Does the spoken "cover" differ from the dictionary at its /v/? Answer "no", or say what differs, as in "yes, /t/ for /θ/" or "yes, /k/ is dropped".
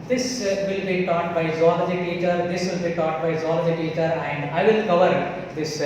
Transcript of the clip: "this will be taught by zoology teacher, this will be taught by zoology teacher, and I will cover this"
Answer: no